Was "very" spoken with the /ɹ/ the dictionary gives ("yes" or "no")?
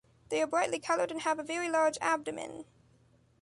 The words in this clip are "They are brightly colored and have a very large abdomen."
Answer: yes